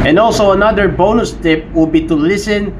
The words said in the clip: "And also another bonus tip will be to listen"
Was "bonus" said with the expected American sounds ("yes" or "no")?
yes